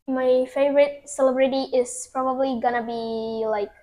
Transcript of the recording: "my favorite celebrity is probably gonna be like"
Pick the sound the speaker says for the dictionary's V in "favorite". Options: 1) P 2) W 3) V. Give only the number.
3